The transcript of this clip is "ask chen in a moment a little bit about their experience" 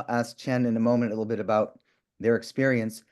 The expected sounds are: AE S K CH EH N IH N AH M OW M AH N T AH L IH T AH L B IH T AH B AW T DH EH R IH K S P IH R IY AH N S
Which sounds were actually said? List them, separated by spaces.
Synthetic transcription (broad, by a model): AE S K CH EH N IH N AH M OW M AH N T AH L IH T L B IH T AH B AW T DH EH R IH K S P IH R IY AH N S